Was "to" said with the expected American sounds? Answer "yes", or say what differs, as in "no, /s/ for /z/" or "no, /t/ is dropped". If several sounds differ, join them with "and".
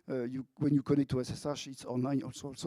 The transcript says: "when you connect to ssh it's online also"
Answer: no, /s/ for /t/